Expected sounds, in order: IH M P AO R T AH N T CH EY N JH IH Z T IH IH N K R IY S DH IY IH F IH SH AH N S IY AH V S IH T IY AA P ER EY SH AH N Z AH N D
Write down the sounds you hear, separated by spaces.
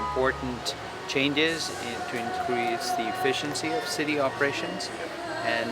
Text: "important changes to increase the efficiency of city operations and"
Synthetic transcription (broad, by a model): M P AO R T N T CH EY N JH IH Z T IH IH N K R IY S DH IY IH F IH SH AH N S IY AH V S IH T IY AA P ER EY SH AH N Z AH N